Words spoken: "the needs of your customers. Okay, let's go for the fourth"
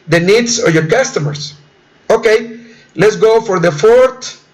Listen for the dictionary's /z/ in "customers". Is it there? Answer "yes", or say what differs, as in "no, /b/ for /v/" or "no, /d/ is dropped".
no, /s/ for /z/